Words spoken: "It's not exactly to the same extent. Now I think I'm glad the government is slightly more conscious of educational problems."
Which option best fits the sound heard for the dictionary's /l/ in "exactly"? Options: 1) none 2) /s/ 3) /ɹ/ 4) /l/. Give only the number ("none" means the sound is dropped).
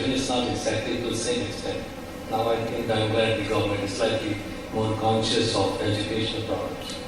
1